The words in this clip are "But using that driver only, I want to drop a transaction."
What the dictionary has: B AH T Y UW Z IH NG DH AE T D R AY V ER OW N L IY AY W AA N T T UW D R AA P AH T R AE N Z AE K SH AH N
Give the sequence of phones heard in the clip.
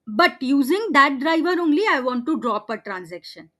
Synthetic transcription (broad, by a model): B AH T Y UW Z IH NG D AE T D R AY V ER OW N L IY AY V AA N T T UW D R AA P AH T R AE N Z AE K SH AH N